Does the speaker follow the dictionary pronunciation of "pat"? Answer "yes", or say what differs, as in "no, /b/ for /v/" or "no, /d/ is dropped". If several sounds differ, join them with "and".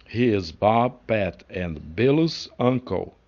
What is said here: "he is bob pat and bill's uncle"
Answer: yes